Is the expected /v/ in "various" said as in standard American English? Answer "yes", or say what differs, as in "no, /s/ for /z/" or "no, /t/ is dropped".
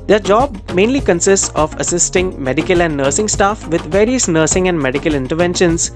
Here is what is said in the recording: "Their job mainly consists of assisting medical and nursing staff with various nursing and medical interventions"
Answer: yes